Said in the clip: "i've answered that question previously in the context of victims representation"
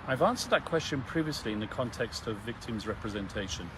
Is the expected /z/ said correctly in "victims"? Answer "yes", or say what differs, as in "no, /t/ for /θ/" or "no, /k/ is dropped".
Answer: yes